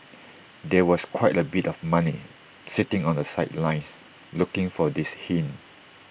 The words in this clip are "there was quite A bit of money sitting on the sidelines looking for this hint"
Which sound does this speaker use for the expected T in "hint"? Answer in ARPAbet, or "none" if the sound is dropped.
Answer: none